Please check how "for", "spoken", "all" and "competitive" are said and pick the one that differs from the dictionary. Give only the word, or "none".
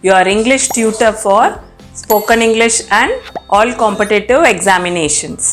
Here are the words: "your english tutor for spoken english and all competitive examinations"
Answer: none